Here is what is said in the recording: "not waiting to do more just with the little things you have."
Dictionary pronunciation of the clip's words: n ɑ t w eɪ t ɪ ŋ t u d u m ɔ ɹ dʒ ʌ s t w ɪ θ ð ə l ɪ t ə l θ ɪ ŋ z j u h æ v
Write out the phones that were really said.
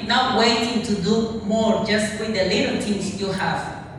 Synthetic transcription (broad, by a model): n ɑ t w eɪ t ɪ ŋ t u d u m ɔ ɹ dʒ ʌ s t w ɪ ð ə l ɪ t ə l t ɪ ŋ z j u h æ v